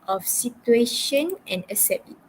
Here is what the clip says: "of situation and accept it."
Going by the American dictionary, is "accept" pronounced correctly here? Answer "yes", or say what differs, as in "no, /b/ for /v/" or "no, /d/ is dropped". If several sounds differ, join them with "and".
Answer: no, /k/ is dropped